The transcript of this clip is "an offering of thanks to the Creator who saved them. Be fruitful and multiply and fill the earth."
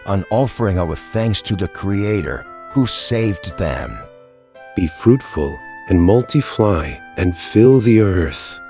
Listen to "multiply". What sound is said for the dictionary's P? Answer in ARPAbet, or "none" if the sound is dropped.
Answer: F